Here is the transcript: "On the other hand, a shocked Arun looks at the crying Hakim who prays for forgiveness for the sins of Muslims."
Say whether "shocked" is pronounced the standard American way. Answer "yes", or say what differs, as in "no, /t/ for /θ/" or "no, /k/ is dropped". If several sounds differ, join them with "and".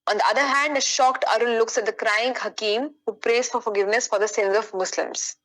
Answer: yes